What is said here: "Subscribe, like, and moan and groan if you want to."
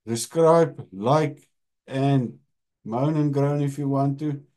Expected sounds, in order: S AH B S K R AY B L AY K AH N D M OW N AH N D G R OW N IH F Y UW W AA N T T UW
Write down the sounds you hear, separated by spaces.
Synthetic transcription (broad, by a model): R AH S K R AY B L AY K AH N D M OW N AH N G R OW N IH F Y UW W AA N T T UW